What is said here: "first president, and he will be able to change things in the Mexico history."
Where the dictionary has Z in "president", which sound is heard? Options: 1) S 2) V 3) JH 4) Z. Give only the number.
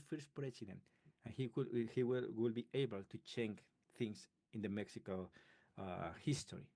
1